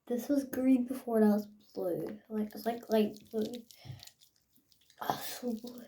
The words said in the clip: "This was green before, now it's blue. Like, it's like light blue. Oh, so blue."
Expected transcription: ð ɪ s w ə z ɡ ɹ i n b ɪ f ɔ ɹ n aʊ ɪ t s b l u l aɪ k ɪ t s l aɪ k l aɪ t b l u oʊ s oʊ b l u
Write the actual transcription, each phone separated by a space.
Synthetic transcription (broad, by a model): ð ɪ s w ə z ɡ ɹ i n b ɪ f ɔ ɹ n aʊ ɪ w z b l u l aɪ k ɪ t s l aɪ k l aɪ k b l u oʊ s oʊ b l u